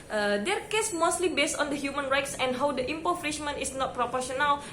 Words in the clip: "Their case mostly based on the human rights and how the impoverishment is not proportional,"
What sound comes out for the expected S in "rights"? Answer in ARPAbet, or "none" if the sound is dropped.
S